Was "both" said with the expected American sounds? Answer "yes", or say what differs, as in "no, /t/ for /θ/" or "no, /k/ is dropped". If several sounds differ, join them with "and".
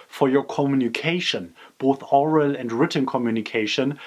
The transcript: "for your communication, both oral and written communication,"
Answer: yes